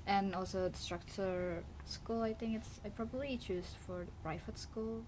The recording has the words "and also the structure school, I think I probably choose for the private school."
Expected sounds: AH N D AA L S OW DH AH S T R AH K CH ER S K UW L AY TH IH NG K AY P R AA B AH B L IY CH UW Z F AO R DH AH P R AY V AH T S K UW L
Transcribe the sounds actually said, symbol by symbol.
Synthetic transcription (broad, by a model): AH N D AA L S OW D S T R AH K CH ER S K UW L AY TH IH NG K AY P R AA B AH B L IY CH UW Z F AO R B R AY F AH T S K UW L